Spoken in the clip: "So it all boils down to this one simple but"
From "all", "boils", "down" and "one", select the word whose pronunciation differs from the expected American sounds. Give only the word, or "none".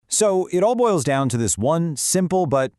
none